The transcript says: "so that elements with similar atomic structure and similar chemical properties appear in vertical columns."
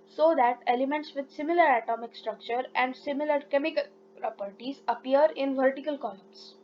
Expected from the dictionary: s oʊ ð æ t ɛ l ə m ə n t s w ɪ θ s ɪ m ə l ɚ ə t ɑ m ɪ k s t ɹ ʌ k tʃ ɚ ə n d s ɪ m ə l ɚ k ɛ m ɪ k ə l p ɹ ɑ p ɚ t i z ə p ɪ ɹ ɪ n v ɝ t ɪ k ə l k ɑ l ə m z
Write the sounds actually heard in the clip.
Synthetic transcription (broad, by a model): s oʊ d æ t ɛ l ə m ə n t s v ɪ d s ɪ m ə l ɚ ə t ɑ m ɪ k s t ɹ ʌ k tʃ ɚ ə n d s ɪ m ə l ɚ k ɛ m ɪ k ə l p ɹ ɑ p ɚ t i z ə p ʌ ɹ ɪ n v ɝ t ɪ k ə l k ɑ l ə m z